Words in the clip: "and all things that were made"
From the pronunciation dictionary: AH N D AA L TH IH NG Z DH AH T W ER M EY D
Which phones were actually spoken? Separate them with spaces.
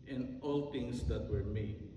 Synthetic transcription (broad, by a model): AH N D AA L T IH NG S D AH T W ER M EY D